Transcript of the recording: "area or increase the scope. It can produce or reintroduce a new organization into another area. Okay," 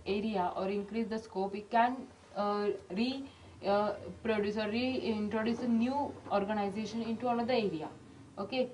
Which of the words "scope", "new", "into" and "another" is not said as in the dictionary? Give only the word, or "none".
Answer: another